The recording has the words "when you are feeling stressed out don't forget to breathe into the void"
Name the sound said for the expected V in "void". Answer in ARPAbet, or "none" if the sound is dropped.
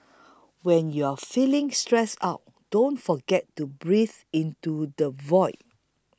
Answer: V